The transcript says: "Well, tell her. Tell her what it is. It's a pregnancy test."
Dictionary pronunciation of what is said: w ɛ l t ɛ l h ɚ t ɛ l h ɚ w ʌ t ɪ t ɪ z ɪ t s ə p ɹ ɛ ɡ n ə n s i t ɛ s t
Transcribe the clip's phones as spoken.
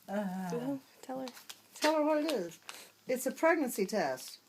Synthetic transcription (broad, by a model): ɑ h t ɛ l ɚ t ɛ l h ɚ w ʌ t ɪ t ɪ z ɪ t s ə p ɹ ɛ ɡ n ə n s i t ɛ s t